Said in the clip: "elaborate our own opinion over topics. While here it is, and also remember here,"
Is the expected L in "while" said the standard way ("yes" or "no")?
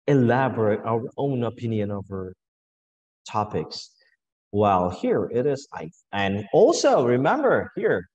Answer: yes